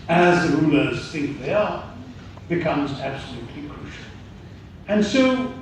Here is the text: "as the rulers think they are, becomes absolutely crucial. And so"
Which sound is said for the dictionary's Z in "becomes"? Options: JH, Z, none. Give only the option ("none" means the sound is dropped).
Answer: Z